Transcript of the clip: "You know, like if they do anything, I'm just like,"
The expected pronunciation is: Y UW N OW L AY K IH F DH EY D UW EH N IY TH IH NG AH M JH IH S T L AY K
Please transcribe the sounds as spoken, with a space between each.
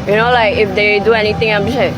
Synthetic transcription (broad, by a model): Y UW N OW L AY K IH F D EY D UW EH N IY T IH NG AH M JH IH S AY